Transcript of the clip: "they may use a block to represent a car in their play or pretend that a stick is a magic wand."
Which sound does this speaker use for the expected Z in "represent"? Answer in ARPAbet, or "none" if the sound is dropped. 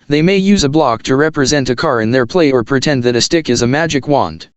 Z